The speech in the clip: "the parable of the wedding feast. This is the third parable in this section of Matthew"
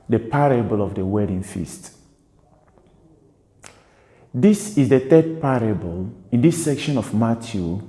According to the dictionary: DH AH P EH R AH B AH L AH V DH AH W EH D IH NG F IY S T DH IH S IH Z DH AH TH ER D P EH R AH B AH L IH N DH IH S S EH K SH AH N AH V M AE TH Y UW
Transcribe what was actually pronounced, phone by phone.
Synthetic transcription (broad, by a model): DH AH P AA R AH B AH L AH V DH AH W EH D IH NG F IY S T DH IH S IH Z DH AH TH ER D P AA R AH B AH L IH N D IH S S EH K SH AH N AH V M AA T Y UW